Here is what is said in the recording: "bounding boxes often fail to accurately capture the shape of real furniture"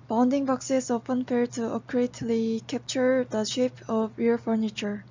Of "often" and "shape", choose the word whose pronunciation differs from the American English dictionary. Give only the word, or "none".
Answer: none